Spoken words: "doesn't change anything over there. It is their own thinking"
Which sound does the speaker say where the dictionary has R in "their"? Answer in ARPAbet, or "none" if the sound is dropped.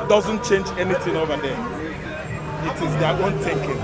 W